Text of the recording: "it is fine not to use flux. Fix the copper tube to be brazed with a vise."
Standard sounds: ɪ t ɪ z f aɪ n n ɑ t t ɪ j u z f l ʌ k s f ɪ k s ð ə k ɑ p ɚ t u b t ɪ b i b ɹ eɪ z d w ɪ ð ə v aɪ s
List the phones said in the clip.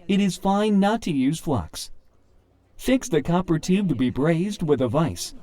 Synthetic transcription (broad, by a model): ɪ t ɪ z f aɪ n n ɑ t t ɪ j u z f l ʌ k s f ɪ k s ð ə k ɑ p ɚ t u b t ɪ b i b ɹ eɪ z d w ɪ ð ə v aɪ s